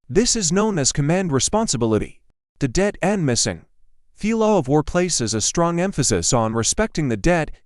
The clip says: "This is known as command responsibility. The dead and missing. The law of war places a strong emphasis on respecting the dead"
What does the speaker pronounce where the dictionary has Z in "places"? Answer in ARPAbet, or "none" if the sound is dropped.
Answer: Z